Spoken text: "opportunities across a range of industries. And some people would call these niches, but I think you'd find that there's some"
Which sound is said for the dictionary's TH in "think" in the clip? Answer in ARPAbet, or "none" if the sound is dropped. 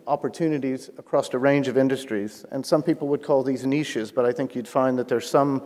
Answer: TH